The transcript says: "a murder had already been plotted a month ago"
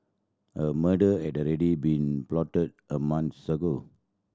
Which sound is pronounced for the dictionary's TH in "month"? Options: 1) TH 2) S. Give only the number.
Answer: 2